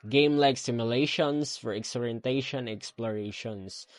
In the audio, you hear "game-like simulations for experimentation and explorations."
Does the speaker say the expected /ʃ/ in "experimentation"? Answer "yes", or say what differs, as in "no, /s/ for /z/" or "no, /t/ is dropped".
no, /ʃ/ is dropped